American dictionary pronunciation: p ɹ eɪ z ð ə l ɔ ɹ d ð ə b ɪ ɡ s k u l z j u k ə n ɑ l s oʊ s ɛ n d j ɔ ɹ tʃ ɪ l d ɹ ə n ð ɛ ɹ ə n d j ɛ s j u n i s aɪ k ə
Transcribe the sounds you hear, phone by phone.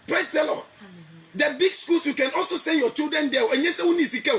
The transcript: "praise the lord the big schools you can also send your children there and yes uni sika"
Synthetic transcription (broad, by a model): p ɹ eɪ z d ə l ɔ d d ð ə b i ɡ s k u l s j u k ə n ɑ l s oʊ s ɛ n d j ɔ tʃ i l d ɹ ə n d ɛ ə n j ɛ s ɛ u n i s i k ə